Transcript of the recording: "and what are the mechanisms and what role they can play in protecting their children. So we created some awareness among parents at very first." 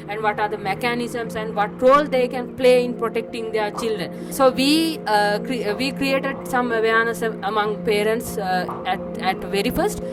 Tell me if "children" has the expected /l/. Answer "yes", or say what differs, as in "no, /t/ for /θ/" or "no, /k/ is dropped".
yes